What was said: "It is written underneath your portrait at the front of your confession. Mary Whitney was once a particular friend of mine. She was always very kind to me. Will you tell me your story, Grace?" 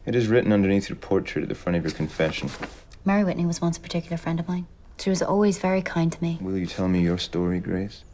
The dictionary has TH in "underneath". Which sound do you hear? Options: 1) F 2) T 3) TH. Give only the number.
3